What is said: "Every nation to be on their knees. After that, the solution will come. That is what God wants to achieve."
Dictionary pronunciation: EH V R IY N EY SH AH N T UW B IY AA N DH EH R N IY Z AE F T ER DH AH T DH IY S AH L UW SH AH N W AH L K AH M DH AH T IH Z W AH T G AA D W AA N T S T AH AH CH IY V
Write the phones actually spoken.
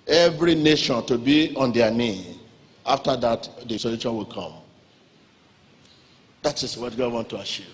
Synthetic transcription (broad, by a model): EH V R IY N EY SH AH N T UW B IY AA N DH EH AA N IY AA F T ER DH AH T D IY S AH L UW SH AH N W AH L K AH M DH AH T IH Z W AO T G AA D W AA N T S T AH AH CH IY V